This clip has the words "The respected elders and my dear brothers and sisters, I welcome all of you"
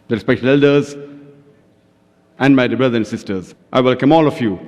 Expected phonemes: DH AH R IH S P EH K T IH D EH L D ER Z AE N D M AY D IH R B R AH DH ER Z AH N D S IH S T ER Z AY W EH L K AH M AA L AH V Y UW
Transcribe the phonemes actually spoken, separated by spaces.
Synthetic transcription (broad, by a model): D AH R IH S P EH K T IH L EH L D ER Z AE N D M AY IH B R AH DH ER AH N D S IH S T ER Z AY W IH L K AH M AA L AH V Y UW